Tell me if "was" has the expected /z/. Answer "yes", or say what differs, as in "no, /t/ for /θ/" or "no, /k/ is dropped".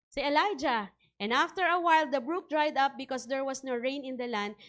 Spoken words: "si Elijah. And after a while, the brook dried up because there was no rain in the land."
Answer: no, /s/ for /z/